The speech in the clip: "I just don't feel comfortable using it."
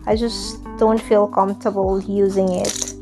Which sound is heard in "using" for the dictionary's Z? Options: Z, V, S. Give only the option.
Z